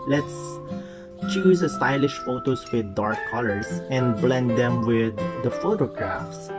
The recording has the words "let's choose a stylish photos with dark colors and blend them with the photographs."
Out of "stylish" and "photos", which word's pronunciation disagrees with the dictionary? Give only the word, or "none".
photos